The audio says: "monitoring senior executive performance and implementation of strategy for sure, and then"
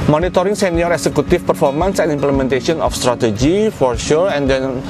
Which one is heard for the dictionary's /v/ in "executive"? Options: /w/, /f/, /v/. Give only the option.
/f/